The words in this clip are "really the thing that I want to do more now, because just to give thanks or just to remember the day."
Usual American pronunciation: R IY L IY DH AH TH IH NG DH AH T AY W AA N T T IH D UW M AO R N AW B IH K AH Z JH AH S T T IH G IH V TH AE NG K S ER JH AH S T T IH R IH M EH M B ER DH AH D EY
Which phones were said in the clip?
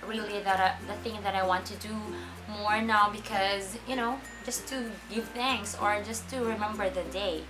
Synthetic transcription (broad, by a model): R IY L IY DH AH TH IH NG DH AH T AY W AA N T T IH D UW M AO R N AW B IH K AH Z JH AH S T T IH G IH V TH AE NG K S ER JH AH S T T IH R IH M EH M B ER DH AH D EY